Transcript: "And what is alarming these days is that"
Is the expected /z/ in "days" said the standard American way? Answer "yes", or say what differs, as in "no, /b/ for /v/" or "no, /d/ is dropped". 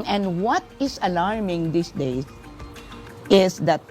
no, /z/ is dropped